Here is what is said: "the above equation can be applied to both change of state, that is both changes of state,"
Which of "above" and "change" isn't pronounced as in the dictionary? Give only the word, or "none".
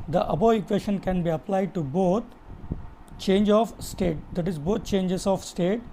above